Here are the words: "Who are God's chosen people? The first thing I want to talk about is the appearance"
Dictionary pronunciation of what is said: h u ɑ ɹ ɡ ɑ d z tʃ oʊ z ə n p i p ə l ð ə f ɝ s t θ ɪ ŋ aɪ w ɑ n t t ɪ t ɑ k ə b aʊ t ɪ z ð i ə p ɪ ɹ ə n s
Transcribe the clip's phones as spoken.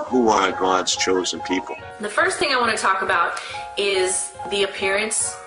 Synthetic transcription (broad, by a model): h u ɑ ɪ ɡ ɑ d z tʃ oʊ z ə n p i p l ð ə f ɝ s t θ ɪ ŋ aɪ w ɑ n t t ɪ t ɑ k ə b aʊ t ɪ z ð i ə p ɪ ɹ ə n s